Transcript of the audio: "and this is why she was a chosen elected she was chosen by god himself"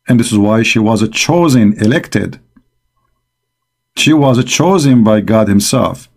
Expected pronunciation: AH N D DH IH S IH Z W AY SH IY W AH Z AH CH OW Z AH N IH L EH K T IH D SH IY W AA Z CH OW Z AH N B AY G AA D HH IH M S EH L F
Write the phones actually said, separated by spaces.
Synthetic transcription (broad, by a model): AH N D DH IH S IH Z W AY SH IY W AH Z AH CH OW Z AH N IH L EH K T IH D SH IY W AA Z CH OW Z AH N B AY G AA D HH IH M S EH L F